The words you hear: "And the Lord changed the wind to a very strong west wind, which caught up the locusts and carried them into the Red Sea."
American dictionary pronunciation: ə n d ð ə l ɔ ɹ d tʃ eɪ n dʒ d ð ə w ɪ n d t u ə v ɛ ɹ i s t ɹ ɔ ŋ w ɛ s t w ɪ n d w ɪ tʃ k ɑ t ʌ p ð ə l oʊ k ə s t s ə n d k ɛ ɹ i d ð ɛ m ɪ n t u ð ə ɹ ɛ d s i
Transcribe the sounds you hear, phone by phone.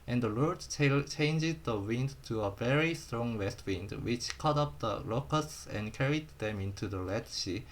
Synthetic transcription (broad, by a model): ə n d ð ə l ɔ ɹ d tʃ eɪ n dʒ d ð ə w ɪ n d t u ə v ɛ ɹ i s t ɹ ɔ ŋ w ɛ s t w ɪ n d w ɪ tʃ k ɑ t ʌ p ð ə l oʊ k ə s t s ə n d k ɛ ɹ i d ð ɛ m ɪ n t u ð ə l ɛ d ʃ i